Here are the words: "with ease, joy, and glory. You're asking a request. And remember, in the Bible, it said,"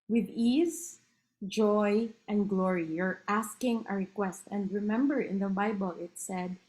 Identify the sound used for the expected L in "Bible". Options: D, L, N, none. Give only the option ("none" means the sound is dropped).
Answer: L